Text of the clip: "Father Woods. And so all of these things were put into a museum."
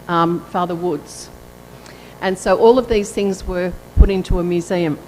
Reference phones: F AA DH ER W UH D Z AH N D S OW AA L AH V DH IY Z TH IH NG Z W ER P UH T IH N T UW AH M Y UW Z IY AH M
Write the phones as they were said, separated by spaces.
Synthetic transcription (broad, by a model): F AA DH ER W UH D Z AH N S OW AA L AH V DH IY Z TH IH NG Z W ER P UH T IH N T UW AH M Y UW Z IY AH M